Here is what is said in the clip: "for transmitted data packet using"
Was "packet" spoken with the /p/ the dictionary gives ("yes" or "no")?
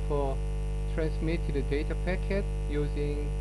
yes